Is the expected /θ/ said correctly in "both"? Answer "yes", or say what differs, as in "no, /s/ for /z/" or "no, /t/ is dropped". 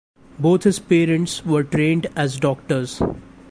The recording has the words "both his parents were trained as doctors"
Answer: no, /t/ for /θ/